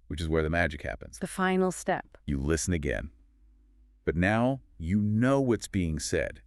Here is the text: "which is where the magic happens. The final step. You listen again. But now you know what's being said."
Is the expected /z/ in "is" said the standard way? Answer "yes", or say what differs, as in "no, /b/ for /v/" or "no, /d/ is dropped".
yes